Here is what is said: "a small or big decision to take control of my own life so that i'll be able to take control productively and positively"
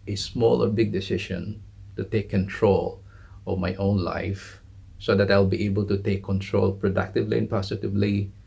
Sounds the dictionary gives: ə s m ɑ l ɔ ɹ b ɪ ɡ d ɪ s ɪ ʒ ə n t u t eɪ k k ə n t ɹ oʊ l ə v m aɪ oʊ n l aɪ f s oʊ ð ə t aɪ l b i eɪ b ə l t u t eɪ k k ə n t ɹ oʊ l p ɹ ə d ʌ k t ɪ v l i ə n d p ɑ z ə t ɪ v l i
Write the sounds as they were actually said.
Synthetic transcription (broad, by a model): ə s m ɑ l ɔ ɹ b ɪ ɡ d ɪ s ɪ ʃ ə n t u t eɪ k k ə n t ɹ oʊ l ə v m aɪ oʊ n l aɪ f s oʊ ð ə t aɪ l b i eɪ b ə l t u t eɪ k k ə n t ɹ oʊ l p ɹ ə d ʌ k t ɪ v l i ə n p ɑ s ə t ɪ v l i